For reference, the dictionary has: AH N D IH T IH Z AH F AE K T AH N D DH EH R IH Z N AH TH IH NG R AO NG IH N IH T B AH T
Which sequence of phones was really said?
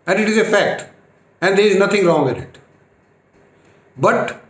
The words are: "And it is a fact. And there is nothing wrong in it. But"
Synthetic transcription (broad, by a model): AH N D IH T IH Z AH F AE K T AH N D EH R IH Z N AH T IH NG R AO NG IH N IH T B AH T